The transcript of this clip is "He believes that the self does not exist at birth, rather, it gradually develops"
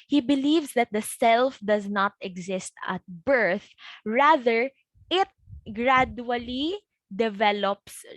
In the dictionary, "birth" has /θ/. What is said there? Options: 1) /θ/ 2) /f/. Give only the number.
1